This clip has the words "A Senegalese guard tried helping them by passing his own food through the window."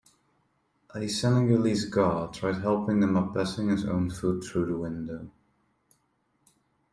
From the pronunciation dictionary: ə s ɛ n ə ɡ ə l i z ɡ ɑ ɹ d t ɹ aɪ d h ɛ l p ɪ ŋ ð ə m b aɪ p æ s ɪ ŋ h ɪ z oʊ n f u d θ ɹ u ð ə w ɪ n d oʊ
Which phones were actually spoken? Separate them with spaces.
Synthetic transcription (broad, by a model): ə s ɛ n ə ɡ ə l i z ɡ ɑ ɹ t ɹ aɪ d h ɛ l p ɪ ŋ ð ə m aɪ b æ s ɪ ŋ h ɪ z oʊ n f u d θ ɹ u ð ə w ɪ n d oʊ